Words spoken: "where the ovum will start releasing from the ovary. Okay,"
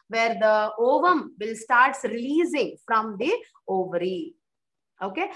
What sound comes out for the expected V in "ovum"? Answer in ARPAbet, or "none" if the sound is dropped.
V